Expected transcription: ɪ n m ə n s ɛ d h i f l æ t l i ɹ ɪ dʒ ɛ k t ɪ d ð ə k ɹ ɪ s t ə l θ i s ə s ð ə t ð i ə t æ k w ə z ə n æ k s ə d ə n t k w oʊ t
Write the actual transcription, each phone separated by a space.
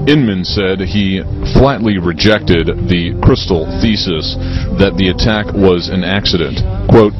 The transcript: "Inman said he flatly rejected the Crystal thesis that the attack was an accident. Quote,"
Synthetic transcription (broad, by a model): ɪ n m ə n s ɛ d i f l æ t l i ɹ ɪ dʒ ɛ k t ɪ d ð ə k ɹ ɪ s t l θ i s ə s ð ə t ð i ə t æ k w ə z ə n æ k s ə d ə n t k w oʊ t